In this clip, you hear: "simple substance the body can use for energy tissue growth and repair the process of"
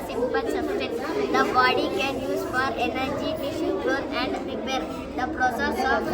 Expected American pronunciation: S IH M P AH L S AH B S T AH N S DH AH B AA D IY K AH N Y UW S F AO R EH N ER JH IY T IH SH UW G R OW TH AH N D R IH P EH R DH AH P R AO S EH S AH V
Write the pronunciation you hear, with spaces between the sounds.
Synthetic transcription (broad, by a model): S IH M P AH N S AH S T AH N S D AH B AA D IY K AH N Y UW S F AO R EH N ER JH IY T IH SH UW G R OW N AH N D R IH P EH R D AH P R AO S EH S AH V